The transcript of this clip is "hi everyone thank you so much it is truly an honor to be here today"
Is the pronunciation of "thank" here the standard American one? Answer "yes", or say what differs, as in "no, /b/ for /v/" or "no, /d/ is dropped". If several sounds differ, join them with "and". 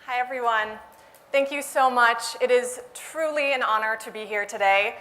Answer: yes